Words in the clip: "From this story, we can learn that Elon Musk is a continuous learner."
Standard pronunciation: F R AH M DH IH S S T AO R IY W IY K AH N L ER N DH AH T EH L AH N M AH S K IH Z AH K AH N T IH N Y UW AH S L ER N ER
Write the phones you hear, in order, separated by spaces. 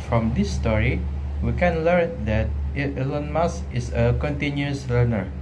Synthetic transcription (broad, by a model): F R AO M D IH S S T AO R IY W IY K AH N L ER N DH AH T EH L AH N M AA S IH S AH K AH N T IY N Y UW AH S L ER N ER